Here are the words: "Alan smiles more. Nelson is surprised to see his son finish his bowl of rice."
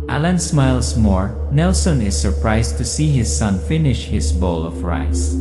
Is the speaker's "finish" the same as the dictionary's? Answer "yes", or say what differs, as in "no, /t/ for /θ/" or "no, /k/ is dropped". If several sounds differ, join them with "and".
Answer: yes